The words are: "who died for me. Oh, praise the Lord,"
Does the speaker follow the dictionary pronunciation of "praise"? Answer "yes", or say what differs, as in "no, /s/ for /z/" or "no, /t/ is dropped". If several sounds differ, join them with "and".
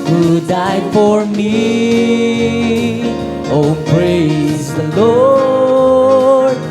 yes